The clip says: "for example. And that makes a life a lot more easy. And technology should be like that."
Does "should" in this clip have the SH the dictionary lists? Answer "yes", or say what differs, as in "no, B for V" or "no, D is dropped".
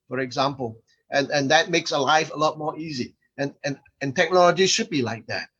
yes